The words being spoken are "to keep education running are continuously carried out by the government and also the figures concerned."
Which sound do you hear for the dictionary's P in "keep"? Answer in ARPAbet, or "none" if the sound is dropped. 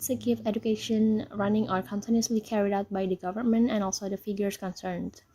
F